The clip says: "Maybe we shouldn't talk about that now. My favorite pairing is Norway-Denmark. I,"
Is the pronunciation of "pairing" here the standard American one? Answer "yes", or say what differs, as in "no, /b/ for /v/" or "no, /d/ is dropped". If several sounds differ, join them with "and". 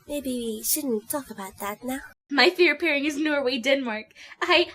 yes